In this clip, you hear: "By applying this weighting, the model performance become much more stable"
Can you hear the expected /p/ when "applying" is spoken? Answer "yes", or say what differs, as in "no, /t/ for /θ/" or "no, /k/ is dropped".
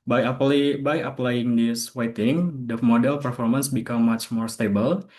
yes